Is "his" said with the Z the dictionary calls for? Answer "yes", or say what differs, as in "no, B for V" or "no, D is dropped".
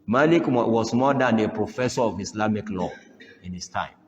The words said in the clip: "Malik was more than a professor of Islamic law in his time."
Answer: no, S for Z